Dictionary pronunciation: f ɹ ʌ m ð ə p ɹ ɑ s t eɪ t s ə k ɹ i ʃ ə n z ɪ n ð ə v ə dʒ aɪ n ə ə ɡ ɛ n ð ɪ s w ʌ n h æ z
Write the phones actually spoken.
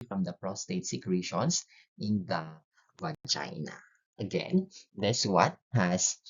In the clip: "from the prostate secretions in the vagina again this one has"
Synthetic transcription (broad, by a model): f ɹ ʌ m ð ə p ɹ ɑ s t eɪ t s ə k ɹ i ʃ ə n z ɪ n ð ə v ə tʃ aɪ n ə ə ɡ ɛ n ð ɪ s w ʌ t h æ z